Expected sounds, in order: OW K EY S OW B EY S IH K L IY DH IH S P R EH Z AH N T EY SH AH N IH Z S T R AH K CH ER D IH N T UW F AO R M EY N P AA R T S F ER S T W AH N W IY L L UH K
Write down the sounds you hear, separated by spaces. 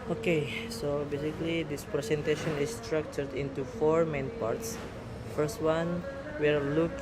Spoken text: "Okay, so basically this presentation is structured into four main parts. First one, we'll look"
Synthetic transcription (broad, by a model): OW K EY S OW B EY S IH K L IY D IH S P R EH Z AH N T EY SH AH N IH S T R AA K CH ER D IH N T UW F AO R M EY N P AA R T S F ER S T W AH N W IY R L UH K